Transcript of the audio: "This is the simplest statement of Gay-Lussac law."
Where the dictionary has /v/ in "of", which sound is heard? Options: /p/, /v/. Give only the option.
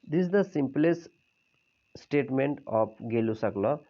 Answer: /p/